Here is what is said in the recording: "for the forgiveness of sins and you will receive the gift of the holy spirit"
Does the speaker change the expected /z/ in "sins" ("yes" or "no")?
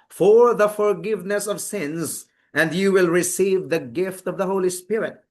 no